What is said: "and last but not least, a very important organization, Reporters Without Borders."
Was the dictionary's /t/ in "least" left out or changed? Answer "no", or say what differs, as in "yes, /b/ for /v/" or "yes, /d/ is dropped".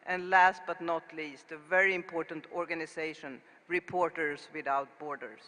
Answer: no